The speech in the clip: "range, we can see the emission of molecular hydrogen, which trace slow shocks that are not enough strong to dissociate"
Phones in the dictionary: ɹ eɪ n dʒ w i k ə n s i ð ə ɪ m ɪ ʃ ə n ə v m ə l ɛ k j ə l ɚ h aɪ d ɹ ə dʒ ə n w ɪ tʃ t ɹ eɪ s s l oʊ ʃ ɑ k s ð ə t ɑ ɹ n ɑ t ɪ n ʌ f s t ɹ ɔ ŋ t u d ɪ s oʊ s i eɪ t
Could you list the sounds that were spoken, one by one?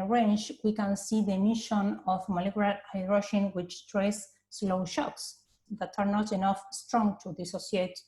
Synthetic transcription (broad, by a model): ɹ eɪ n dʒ w i k ə n s i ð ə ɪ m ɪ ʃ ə n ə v m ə l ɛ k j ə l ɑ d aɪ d ɹ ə ʃ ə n w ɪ tʃ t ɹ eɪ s s l oʊ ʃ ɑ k s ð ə t ɑ ɹ n ɑ t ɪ n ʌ f s t ɹ ɔ ŋ t u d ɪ s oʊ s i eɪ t